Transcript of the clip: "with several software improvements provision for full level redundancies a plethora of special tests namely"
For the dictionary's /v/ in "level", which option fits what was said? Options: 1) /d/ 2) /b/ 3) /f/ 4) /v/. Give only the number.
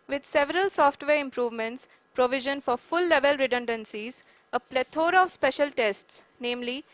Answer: 4